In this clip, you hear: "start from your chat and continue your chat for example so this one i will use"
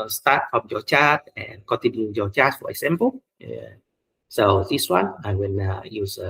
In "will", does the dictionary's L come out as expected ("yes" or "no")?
no